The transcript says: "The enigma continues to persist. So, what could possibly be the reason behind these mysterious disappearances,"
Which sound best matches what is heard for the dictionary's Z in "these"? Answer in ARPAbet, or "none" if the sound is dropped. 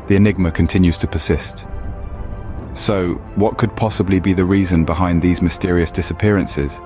Z